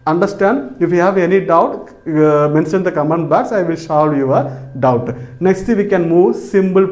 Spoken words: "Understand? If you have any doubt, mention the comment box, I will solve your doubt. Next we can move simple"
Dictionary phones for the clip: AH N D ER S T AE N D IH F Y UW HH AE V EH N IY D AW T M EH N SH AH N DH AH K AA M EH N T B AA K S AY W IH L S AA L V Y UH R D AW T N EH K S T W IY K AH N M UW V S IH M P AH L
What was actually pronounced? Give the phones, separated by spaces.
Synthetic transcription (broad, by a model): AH N D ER S T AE N D IH F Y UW HH AE V EH N IY D AW T M EH N SH AH N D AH K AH M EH N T B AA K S AY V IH L SH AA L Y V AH R D AW T N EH K S T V IY K AH N M UW V S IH M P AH L